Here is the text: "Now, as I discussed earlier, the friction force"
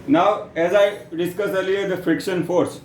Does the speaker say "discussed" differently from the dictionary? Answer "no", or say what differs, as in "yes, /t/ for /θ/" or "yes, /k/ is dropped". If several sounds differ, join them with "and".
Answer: yes, /t/ is dropped